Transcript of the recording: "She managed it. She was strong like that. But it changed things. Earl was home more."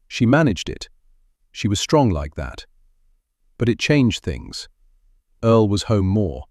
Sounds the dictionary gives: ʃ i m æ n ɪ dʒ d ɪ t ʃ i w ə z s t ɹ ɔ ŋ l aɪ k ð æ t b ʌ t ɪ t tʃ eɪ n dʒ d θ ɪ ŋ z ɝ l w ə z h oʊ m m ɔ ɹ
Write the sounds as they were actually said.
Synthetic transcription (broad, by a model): ʃ i m æ n ɪ dʒ d ɪ t ʃ i w ə z s t ɹ ɔ ŋ l aɪ k ð æ t b ʌ t ɪ t tʃ eɪ n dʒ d θ ɪ ŋ z ɝ l w ə z h oʊ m m ɔ ɹ